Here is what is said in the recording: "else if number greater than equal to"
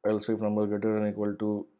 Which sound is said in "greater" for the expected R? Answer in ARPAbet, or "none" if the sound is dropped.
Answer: none